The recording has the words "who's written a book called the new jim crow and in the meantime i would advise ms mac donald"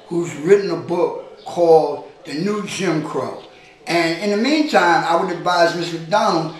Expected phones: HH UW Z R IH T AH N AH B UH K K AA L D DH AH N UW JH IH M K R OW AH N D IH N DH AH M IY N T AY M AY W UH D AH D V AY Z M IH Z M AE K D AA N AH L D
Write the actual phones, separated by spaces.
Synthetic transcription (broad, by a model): HH UW Z R IH T N AH B UH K K AA L D DH AH N UW JH IH M K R OW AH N IH N DH AH M IY N T AY M AY W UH D AH D V AY Z M IH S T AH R D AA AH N